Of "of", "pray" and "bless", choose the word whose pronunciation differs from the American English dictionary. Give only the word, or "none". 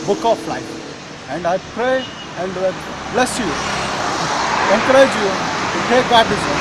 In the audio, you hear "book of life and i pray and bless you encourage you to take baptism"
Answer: of